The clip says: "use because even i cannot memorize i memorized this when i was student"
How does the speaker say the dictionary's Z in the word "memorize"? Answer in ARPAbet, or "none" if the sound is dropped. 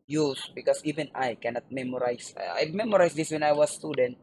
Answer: S